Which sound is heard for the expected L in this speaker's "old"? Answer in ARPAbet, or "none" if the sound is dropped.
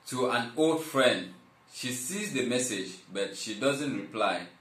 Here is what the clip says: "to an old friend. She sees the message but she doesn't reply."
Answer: L